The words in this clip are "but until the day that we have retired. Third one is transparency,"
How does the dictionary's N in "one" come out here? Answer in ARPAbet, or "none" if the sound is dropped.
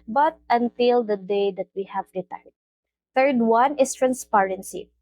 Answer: N